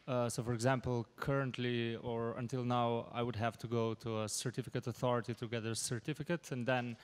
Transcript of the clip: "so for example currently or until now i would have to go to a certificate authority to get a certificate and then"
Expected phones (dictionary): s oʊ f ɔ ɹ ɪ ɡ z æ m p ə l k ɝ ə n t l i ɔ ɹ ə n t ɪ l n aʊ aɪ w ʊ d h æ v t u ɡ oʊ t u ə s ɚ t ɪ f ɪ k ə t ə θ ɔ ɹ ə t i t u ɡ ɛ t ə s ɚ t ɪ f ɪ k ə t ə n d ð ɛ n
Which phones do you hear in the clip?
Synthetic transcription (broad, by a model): s oʊ f ɔ ɹ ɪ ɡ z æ m p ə l k ɝ ə n t l i ɔ ɹ ə n t ɪ l n aʊ aɪ w ʊ d h æ v t u ɡ oʊ t u ə s ɚ t ɪ f ɪ k ə t ə θ ɔ ɹ ə t i t u ɡ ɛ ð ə s ɚ t ɪ f ɪ k ə t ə n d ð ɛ n